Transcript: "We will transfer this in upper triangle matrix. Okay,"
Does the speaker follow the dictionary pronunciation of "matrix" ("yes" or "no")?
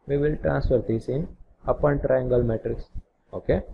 yes